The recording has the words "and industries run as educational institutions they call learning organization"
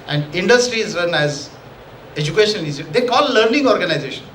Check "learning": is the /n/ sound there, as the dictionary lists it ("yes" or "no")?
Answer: yes